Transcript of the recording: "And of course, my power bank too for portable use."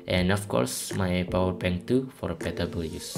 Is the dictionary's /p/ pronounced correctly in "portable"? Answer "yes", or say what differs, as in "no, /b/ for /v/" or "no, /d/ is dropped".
no, /b/ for /p/